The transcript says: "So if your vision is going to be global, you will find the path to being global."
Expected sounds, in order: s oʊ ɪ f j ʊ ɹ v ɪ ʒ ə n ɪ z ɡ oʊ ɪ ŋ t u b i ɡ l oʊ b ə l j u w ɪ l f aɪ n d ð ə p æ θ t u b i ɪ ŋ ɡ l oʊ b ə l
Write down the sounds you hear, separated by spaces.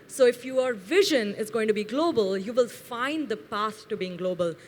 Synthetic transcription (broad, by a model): s oʊ ɪ f j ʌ ɹ v ɪ ʒ ə n ɪ z ɡ oʊ ɪ ŋ t u b i ɡ l oʊ b ə l j u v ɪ l f aɪ n d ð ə p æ s t u b i ɪ ŋ ɡ l oʊ b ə l